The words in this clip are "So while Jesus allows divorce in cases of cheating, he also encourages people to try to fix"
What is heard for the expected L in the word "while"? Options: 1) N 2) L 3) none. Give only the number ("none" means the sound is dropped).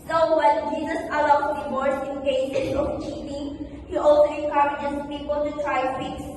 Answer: 1